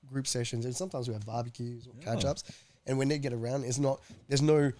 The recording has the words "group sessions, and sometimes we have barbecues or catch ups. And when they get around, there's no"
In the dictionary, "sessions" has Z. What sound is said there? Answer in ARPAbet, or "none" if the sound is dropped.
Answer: Z